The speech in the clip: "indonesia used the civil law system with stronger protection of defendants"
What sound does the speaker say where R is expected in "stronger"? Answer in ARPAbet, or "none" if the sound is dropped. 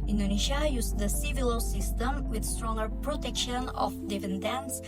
R